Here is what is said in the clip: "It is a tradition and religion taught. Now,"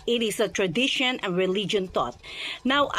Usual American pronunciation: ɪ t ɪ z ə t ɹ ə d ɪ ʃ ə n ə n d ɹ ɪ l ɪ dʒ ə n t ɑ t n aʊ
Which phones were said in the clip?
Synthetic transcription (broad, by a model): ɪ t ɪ s ə t ɹ ə d ɪ ʃ ə n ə n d ɹ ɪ l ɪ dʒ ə n t ɑ t n aʊ